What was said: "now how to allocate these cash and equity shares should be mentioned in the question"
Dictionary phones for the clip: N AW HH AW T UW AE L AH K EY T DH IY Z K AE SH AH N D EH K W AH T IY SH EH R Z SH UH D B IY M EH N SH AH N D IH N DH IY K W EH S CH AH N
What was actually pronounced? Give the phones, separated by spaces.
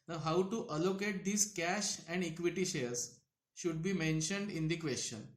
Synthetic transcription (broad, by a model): N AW HH AW T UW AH L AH K EY T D IY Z K AE SH AH N D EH K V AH T IY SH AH R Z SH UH D B IY M EH N SH AH N D IH N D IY K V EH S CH AH N